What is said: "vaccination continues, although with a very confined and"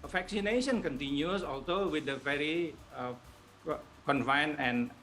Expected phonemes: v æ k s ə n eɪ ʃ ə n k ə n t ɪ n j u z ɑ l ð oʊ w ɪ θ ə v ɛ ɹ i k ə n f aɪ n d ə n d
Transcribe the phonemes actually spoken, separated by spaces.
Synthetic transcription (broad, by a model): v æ k s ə n eɪ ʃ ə n k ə n t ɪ n j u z ɑ l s oʊ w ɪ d ə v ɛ ɹ i k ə n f aɪ n ə n